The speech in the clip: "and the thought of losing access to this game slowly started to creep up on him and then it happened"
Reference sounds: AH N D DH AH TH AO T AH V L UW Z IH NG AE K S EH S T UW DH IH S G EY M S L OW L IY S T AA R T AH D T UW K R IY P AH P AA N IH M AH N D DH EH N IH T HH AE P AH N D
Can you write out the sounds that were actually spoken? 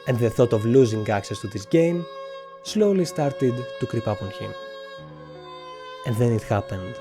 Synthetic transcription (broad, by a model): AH N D DH AH TH AO T AH V L UW Z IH NG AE K S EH S T UW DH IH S G EY M S L OW L IY S T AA R T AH D T UW K R IY P AH P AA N IH M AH N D DH EH N IH T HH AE P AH N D